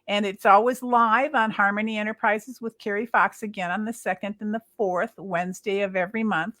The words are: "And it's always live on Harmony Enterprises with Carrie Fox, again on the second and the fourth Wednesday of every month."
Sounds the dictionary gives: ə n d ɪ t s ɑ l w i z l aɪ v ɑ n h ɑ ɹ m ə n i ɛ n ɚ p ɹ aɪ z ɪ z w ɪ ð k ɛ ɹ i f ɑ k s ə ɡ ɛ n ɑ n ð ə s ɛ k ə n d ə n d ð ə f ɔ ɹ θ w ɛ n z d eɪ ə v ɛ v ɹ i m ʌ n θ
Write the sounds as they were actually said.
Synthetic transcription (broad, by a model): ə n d ɪ t s ɑ l w i z l aɪ v n h ɑ ɹ m ə n i ɛ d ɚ p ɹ aɪ z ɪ z w ɪ ð k ɛ ɹ i f ɑ k s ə ɡ ɛ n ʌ n ð ə s ɛ k ə n d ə n ð ə f ɔ ɹ θ w ɛ n z d eɪ ə v ɛ v ɹ i m ʌ n θ